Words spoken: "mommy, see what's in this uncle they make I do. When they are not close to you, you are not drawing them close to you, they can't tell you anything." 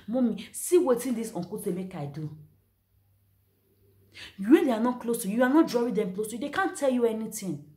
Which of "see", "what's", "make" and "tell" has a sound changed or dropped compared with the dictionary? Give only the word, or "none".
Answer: what's